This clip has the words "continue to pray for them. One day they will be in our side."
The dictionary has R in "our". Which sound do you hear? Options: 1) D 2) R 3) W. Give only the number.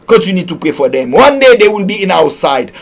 3